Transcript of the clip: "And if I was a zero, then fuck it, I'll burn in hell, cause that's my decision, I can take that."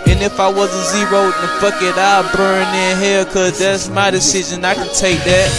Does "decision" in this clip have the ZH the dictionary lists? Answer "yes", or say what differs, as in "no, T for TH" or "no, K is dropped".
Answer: yes